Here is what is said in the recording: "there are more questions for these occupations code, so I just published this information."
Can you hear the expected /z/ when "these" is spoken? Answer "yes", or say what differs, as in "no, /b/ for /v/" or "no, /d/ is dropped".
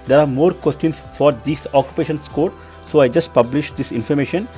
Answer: no, /s/ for /z/